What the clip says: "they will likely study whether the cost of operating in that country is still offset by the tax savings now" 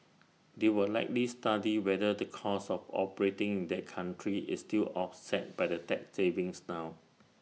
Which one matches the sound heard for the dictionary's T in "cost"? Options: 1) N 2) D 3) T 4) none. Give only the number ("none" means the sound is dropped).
4